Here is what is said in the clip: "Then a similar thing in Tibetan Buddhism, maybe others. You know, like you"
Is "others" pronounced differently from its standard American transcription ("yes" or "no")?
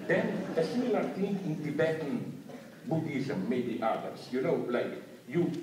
yes